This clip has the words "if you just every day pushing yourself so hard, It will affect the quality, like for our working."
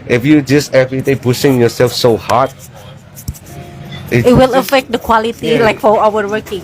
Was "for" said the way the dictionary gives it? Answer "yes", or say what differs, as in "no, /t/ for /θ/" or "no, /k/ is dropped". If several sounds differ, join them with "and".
no, /w/ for /ɹ/